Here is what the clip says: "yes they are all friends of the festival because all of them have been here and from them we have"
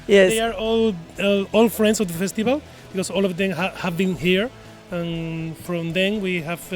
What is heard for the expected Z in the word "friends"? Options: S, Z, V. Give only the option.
S